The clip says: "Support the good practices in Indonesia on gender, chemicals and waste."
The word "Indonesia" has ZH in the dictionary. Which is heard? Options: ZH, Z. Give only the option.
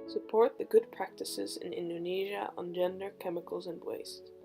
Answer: ZH